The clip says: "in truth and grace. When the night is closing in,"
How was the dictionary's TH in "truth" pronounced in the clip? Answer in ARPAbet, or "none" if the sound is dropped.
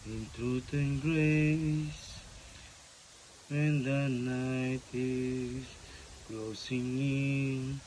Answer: T